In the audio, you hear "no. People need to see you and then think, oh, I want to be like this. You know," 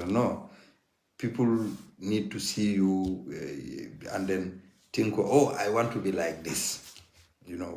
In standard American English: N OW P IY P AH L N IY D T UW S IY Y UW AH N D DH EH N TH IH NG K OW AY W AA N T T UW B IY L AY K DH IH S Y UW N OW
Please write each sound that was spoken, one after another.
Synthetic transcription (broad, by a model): N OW P IY P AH L N IY D T UW S IY Y UW AH N D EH N T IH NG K OW AY W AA N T T UW B IY L AY K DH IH S Y UW N OW